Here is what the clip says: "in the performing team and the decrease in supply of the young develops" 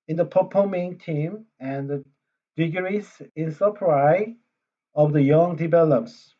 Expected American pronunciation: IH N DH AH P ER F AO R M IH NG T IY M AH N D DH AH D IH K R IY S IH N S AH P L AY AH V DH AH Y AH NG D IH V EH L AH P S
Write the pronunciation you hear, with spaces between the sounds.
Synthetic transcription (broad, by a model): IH N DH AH P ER P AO M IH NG T IY M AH N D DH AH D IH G R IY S IH N S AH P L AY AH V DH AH Y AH NG D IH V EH L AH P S